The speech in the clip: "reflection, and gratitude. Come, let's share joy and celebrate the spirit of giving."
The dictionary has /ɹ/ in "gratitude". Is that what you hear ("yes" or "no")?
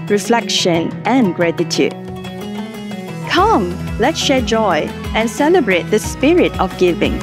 yes